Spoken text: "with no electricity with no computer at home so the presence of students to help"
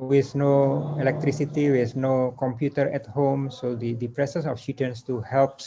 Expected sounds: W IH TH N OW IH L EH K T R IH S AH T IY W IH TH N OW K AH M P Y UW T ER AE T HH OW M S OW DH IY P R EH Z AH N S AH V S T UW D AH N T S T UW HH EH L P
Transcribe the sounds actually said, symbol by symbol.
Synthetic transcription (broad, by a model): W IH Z N OW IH L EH K T R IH S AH T IY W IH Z N OW K AH M P Y UW T ER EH T HH OW M S OW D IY P R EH S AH S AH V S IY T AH N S T UW HH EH L P